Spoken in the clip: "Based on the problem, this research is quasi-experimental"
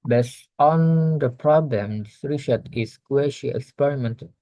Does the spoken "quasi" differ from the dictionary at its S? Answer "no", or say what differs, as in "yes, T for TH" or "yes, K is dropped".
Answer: yes, SH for S